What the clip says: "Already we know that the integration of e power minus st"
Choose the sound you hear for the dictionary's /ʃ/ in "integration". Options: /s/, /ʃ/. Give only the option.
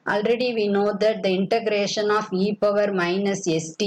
/ʃ/